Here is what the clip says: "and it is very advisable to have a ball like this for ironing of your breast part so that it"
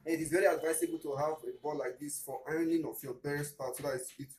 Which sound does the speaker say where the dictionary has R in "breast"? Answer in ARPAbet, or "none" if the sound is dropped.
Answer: none